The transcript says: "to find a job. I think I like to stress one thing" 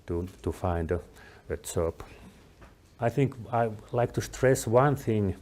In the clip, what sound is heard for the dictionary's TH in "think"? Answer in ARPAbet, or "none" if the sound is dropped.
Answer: TH